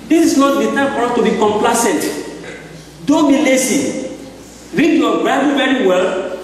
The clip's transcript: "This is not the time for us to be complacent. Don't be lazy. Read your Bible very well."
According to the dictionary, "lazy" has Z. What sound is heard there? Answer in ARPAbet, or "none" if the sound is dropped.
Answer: S